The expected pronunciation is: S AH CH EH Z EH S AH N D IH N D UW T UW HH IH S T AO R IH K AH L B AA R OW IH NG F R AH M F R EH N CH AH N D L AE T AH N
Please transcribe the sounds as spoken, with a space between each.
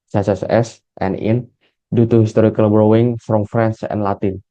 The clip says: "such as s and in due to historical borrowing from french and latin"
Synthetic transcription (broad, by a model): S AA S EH S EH S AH N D IH N D UW T UW HH IH S T AO R IH K AH L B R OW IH NG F R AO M F R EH N S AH N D L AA T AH N